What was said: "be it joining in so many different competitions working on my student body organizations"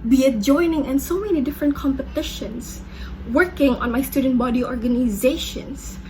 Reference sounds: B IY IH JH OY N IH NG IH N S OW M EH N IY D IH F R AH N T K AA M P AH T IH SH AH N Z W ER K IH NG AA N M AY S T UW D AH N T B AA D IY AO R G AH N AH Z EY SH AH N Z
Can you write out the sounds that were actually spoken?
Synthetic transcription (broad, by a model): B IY IH JH OY N IH NG IH N S OW M EH N IY D IH F R AH N T K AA M P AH T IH SH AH N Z W ER K IH NG AA N M AY S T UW D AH N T B AA D IY AO R G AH N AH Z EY SH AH N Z